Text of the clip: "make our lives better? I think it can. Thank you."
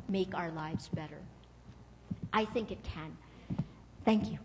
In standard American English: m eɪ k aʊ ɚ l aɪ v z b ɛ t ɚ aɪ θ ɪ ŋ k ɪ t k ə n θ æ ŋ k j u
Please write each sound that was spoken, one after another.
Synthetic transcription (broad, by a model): m eɪ k aʊ ɚ l aɪ v z b ɛ t ɚ aɪ θ ɪ ŋ k ɪ t k ə n θ æ ŋ k j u